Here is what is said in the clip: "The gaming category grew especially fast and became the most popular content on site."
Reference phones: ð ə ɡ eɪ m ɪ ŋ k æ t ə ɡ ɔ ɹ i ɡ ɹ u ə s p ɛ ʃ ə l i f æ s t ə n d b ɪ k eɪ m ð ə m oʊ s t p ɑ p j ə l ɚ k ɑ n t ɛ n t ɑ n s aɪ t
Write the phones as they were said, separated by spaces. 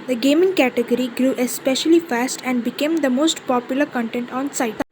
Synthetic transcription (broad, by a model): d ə ɡ eɪ m ɪ ŋ k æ t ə ɡ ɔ ɹ i ɡ ɹ u ə s p ɛ ʃ ə l i f æ s t ə n d b ɪ k eɪ m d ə m oʊ s t p ɑ p j ə l ɚ k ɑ n t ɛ n t ɑ n s aɪ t